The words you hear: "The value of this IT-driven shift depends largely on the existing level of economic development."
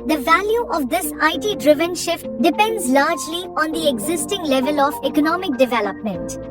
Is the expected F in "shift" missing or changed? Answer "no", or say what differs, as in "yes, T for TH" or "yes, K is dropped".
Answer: no